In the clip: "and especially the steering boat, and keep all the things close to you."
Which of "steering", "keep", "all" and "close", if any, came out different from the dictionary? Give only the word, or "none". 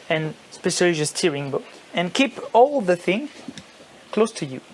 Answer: none